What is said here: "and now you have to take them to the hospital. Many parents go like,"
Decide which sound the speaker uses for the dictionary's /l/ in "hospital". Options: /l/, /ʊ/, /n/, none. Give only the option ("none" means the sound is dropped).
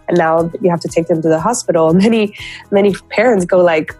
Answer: /n/